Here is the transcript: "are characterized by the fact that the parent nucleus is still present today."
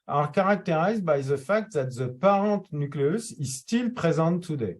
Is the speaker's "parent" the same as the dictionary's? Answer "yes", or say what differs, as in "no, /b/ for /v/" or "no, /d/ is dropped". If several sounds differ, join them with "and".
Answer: no, /n/ is dropped